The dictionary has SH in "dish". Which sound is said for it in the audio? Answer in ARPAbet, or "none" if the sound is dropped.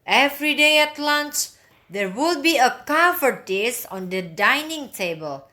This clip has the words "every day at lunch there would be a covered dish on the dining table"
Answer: S